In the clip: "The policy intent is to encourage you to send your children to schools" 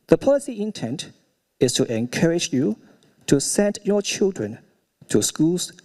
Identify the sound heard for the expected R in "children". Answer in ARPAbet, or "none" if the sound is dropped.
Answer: R